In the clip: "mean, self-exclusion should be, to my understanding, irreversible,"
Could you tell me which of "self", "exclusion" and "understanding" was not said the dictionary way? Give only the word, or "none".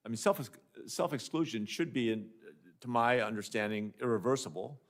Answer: none